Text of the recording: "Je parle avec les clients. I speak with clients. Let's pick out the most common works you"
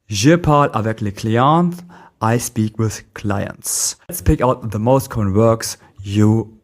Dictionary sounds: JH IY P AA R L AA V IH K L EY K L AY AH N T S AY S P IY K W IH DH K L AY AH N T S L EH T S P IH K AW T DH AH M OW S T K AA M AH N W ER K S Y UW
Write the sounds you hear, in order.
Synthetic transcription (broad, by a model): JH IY P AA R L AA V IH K L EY K L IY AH N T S AY S P IY K W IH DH K L AY AH N T S T S P IH K AW T DH AH M OW S T K AA M AH N W ER K S Y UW